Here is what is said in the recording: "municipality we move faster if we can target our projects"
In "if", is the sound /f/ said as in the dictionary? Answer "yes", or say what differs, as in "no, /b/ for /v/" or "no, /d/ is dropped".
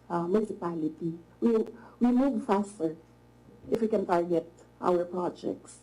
yes